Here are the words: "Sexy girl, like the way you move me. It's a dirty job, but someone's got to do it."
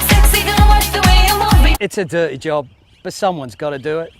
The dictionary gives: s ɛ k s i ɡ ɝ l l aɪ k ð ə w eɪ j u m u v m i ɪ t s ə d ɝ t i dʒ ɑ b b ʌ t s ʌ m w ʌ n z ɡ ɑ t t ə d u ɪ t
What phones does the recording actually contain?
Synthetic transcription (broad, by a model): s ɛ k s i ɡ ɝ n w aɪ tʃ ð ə w eɪ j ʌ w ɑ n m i ɪ t s ə d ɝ t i dʒ ɑ b b ʌ t s ʌ m w ʌ n z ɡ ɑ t t ə d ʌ ɪ t